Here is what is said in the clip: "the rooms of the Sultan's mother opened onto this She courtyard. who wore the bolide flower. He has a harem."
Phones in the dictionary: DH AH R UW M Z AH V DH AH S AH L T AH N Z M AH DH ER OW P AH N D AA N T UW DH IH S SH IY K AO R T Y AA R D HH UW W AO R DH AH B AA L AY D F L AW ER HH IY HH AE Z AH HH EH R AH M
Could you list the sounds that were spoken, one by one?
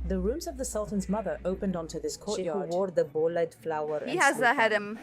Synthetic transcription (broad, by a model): DH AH R UW M Z AH V DH AH S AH L T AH N Z M AH DH ER OW P AH N D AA N T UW DH IH S K AO R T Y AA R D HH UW W AO R DH AH B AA L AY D F L AW ER HH IY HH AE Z AH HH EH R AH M